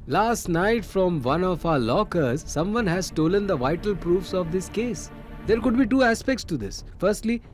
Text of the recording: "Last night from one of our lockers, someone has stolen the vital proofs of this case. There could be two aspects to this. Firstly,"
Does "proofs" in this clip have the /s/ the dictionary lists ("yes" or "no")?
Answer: yes